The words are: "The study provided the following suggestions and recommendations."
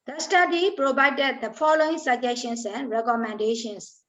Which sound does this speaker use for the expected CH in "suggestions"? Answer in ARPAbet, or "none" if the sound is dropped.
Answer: SH